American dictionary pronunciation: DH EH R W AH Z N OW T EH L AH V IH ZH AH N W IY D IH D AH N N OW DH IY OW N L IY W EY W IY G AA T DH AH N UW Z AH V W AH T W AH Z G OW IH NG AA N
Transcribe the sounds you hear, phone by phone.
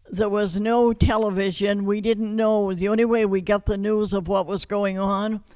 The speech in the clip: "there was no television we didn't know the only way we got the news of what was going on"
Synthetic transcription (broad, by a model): DH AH R W AH Z N OW T EH L AH V IH ZH AH N W IY D IH D N N OW DH IY OW N L IY W EY W IY G AA T DH AH N UW Z AH V W AH T W AH Z G OW IH NG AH N